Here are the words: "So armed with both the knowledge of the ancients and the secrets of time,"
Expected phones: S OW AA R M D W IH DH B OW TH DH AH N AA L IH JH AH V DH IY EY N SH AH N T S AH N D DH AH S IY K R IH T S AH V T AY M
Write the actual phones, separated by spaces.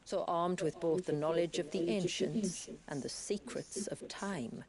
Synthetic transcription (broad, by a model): S OW AA R M D W IH DH B OW TH DH AH N AA L IH JH AH V DH IY EY N SH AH N T S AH N DH AH S IY K R IH T S AH V T AY M